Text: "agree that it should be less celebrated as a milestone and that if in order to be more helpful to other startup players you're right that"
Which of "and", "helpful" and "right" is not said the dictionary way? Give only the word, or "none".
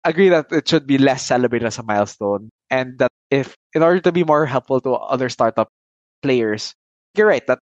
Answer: none